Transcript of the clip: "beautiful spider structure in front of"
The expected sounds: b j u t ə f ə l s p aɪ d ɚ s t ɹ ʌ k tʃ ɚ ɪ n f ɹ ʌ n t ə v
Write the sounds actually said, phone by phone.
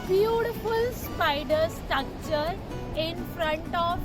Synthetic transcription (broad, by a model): b j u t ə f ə l s p aɪ d ɚ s t ʌ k tʃ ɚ ɪ n f ɹ ʌ n t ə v